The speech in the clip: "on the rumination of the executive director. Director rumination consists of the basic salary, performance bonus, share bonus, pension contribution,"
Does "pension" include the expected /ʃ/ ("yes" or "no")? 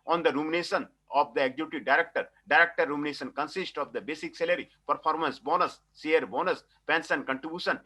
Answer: no